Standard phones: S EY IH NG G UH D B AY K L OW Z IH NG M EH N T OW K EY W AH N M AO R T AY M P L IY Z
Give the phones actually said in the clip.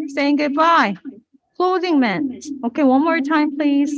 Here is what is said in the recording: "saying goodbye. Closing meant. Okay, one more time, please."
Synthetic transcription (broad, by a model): S EY IH NG G UH D B AY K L OW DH IH NG M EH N OW K EY W AH N M AO R T AY M P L IY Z